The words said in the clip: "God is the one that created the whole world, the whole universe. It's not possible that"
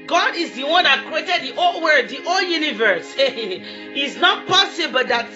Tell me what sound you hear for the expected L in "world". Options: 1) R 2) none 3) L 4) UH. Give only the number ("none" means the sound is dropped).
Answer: 2